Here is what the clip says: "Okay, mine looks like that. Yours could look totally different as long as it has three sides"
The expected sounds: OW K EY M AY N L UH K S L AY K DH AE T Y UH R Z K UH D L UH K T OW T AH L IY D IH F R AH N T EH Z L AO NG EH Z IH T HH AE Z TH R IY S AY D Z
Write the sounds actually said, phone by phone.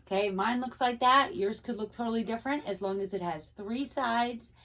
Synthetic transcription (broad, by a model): K EY M AY N L UH K S L AY K DH AE T Y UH R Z K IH D L UH K T OW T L IY D IH F R AH N T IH Z L AO NG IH Z IH T HH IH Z TH R IY S AY D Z